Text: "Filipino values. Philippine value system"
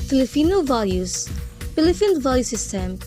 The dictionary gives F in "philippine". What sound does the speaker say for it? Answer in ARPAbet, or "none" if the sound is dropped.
P